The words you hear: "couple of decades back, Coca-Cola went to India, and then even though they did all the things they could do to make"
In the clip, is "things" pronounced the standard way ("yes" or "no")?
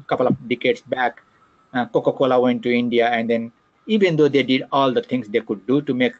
no